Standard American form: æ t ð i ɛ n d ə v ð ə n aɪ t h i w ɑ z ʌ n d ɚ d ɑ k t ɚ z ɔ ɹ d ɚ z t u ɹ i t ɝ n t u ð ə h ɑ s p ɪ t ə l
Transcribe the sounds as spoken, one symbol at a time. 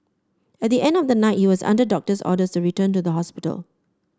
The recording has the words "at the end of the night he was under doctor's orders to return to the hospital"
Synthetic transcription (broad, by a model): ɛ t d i ɛ n d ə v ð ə n aɪ t h i w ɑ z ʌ n d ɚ d ɑ k t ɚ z ɔ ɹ d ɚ s t u ɹ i t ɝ n t u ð ə h ɑ s p ɪ t ə l